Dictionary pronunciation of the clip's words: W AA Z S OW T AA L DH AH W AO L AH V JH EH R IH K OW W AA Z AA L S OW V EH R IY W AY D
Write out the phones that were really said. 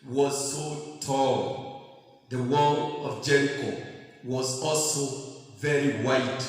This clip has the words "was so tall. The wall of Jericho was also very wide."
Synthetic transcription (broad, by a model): W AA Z S OW T AA L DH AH W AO N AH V JH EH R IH K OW W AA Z AA L S OW V EH R IY W AY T